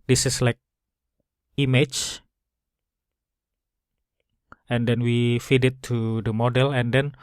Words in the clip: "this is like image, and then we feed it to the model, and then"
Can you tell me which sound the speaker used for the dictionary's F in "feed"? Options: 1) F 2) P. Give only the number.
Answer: 1